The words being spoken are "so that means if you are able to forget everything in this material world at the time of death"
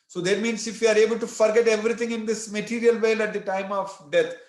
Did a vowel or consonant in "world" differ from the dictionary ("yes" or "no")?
yes